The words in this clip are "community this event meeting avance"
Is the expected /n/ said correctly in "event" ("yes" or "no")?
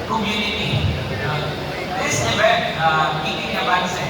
no